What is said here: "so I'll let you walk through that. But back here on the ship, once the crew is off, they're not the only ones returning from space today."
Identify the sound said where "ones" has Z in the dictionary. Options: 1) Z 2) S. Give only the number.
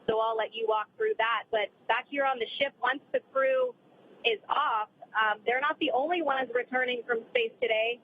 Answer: 1